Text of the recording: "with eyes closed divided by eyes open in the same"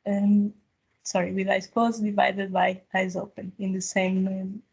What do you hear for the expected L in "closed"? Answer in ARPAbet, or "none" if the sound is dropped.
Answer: W